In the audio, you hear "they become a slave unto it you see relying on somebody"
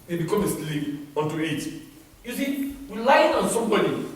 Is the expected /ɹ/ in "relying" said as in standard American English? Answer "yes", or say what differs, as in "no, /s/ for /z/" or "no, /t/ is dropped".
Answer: no, /w/ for /ɹ/